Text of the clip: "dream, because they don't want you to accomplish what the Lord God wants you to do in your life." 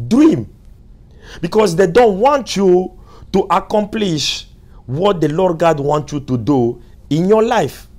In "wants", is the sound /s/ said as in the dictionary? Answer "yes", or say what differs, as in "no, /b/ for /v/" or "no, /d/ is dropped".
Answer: no, /s/ is dropped